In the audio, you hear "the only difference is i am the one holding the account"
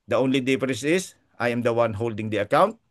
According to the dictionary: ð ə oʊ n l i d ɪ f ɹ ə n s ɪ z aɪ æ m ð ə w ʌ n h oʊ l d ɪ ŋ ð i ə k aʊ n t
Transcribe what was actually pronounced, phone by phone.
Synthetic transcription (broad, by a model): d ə oʊ n l i d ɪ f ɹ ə s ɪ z aɪ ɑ m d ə w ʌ n h oʊ l d ɪ ŋ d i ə k aʊ n t